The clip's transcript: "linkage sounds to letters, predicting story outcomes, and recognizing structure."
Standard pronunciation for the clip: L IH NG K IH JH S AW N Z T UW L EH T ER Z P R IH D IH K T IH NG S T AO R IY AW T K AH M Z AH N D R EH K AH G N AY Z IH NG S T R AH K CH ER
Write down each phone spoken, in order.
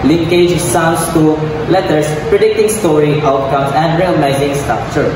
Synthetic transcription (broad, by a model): L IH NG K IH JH S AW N S T UW L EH T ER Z P R IH D IH K T IH NG S T AO R IY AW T K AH M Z AH N D R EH AH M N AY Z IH NG S T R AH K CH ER